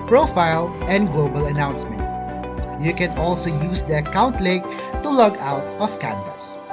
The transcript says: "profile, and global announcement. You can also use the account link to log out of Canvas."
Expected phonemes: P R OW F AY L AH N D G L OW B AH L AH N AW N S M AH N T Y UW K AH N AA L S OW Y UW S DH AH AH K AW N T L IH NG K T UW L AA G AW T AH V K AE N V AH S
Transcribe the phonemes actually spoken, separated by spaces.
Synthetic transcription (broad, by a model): P R OW F AY L AH N D G L OW B AH L AH N AW N S M AH N T Y UW K AH N AA L S OW Y UW S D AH AH K AW N T L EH K T UW L AA G AW T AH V K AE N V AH S